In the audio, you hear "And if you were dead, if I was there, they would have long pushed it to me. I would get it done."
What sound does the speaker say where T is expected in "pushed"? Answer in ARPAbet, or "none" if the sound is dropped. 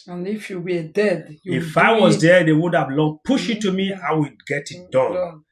none